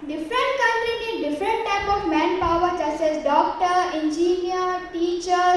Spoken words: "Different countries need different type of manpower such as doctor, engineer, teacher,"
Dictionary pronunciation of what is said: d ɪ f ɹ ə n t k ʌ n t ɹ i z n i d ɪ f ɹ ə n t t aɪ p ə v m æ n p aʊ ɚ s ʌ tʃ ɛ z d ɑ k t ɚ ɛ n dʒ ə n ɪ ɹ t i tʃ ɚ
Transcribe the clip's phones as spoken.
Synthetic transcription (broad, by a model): d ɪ f ɹ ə n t k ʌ n t ɹ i n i d ɪ f ɹ ə n t t aɪ p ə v m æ n p aʊ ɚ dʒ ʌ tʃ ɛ s d ɑ k t ɚ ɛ n dʒ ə n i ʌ t i tʃ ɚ